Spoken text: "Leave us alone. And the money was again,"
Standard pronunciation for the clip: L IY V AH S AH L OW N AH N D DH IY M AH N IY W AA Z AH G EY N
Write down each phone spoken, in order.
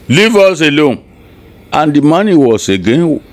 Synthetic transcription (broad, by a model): L IY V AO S AH L OW N AH N D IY M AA N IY W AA S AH G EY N